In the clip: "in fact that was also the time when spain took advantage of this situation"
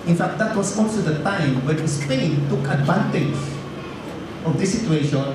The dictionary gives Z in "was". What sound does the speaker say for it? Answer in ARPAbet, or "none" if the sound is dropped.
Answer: S